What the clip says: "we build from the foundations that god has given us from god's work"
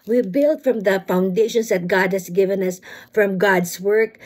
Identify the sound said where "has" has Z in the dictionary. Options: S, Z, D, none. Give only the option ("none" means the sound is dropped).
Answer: S